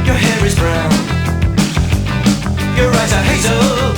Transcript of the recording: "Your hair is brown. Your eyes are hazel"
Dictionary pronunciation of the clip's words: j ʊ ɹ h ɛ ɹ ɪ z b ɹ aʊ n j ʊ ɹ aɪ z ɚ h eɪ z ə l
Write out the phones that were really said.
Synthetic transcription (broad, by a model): j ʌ ɹ h ɛ ɹ ɪ z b ɹ aʊ n j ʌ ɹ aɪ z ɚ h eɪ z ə